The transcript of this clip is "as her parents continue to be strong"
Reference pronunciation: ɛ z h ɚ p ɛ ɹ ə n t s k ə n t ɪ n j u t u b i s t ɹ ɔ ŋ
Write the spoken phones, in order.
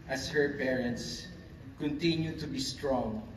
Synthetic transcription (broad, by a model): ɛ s h ɚ p ɛ ɹ ə n t s k ə n t ɪ n j u t u b i s t ɹ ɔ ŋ